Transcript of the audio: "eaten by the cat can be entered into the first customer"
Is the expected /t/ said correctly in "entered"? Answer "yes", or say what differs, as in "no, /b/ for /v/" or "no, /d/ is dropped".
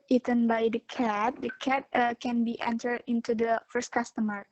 yes